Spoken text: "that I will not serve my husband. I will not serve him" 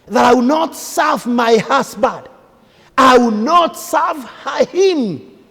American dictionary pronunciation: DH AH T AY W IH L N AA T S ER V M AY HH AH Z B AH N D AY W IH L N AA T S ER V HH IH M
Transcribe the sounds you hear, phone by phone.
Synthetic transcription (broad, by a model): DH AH T AY W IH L N AA T S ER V M AY HH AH S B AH D AY W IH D N AA T S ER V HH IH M